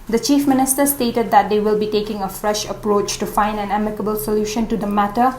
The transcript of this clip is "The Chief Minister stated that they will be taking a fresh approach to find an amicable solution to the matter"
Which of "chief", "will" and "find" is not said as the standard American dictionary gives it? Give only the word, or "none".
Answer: none